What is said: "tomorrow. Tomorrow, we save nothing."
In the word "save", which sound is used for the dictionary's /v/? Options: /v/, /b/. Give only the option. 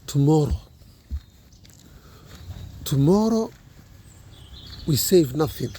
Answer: /v/